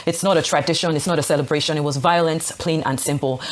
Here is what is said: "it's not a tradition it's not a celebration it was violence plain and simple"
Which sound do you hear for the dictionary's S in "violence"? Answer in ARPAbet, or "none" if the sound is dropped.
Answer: S